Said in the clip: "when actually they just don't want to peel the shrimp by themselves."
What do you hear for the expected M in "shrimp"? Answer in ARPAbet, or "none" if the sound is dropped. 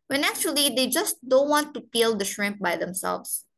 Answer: M